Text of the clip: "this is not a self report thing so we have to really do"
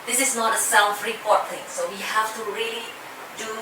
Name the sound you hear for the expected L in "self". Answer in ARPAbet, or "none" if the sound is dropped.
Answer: N